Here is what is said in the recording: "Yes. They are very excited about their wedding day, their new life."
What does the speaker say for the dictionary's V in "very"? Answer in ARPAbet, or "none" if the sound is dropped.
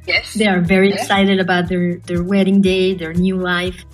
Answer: V